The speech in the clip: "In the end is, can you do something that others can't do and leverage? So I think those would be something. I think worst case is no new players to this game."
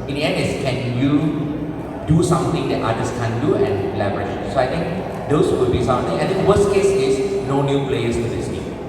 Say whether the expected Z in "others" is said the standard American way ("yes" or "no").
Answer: no